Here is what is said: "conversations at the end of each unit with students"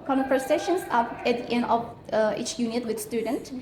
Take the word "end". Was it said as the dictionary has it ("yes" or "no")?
no